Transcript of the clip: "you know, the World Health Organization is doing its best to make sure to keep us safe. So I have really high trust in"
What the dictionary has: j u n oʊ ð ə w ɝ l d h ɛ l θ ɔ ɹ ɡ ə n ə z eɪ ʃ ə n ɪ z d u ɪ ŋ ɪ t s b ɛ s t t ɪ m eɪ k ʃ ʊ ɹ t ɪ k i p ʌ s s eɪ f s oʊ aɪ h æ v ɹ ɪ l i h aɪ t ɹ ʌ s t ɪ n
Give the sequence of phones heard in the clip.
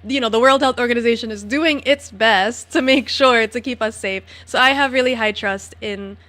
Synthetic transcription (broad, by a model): j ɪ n oʊ ð ə w ɝ l d h ɛ l θ ɔ ɹ ɡ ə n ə z eɪ ʃ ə n ɪ z d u ɪ ŋ ɪ t s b ɛ s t t ɪ m eɪ k ʃ ʊ ɹ t ɪ k i p ʌ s s eɪ f s oʊ aɪ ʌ v ɹ ɪ l i h aɪ t ɹ ʌ s t ɪ n